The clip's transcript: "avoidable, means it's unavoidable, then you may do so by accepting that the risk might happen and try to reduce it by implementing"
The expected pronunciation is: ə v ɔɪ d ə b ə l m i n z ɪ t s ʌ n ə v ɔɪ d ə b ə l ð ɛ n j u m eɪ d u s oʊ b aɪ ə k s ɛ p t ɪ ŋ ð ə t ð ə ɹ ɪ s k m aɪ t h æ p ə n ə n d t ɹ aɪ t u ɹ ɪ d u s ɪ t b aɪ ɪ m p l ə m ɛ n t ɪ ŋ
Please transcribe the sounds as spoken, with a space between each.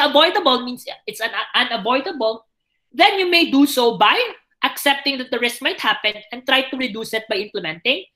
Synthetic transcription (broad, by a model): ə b ɔɪ d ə b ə l m i n s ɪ t s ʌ n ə b ɔɪ d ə b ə l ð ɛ n j u m eɪ d u s oʊ b aɪ ə k s ɛ p t ɪ ŋ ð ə t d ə ɹ ɪ s k m aɪ t h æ p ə n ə n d t ɹ aɪ t u ɹ ɪ d u s ɪ t b aɪ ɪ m p l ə m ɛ n t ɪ ŋ